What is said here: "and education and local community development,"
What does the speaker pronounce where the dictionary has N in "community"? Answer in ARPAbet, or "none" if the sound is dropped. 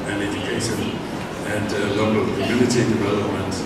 L